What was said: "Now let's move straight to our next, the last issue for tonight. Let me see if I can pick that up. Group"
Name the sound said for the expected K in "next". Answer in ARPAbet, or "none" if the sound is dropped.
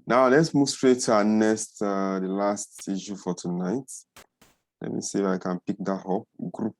none